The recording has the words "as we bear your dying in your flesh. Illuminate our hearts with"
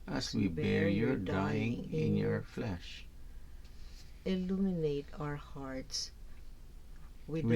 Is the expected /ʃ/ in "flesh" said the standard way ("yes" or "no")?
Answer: yes